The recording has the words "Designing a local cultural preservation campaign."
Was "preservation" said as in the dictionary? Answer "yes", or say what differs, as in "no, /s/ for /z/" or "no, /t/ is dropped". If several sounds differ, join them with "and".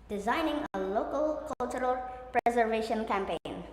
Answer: yes